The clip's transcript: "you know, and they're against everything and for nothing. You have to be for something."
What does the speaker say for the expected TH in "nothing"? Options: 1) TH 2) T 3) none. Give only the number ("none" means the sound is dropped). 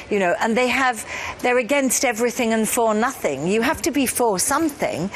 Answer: 1